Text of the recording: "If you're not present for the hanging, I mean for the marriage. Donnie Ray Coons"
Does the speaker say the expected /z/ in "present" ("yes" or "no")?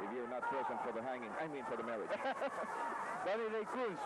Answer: no